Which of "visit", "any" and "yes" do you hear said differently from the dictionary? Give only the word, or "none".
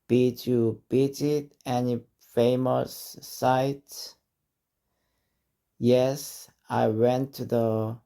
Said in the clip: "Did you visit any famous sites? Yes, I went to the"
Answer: visit